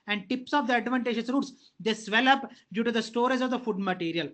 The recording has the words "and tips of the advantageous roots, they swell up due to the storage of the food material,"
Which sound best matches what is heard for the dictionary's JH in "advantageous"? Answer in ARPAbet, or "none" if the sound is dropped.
SH